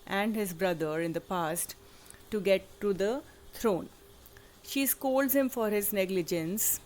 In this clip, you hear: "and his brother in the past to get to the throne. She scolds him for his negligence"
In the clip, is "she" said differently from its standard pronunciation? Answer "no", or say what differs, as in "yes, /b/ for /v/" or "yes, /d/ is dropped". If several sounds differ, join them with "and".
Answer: no